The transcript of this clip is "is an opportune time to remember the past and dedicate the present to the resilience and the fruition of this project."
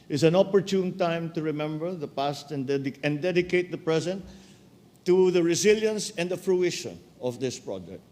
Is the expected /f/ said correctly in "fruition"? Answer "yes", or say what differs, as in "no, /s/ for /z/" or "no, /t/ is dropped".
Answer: yes